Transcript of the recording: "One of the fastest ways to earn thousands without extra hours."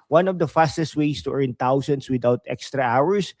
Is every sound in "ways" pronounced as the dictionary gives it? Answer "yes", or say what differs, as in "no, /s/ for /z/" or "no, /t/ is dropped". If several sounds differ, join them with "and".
no, /s/ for /z/